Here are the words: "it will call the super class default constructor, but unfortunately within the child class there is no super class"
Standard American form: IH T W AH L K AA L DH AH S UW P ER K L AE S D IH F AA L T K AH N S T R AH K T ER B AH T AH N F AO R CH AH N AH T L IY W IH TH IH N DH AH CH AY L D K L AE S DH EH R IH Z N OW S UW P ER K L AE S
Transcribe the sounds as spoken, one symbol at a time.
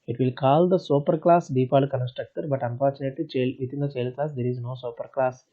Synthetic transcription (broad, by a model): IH T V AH L K AA L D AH S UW P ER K L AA S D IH P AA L K AH N S T R AH K T ER B AH T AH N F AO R CH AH N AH T L IY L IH T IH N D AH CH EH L K L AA S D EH R IH Z N OW S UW P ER K L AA S